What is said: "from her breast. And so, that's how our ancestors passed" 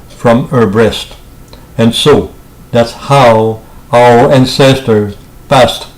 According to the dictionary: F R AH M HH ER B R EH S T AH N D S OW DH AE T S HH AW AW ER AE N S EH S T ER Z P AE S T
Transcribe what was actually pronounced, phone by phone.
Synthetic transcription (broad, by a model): F R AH M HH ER B R EH S T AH N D S OW DH AE T S HH AW AW ER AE N S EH S T ER P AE S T